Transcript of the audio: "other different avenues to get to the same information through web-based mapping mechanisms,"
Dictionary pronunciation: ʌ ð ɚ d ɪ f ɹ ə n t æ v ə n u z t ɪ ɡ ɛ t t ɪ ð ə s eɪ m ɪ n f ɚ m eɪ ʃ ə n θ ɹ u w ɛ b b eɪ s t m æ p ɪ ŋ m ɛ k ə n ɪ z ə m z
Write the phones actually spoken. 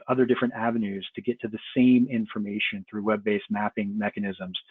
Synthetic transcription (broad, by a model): ʌ ð ɚ d ɪ f ɹ ə n t æ v ə n u z t ɪ ɡ ɛ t t ɪ ð ə s eɪ m ɪ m f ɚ m eɪ ʃ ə n θ ɹ u w ɛ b b eɪ s m æ p ɪ ŋ m ɛ k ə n ɪ z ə m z